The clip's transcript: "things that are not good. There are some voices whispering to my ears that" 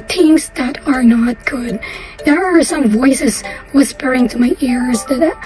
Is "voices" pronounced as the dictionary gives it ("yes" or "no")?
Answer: yes